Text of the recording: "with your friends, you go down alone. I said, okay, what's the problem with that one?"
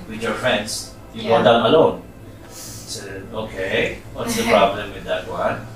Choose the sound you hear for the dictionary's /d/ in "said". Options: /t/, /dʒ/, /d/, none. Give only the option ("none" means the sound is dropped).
none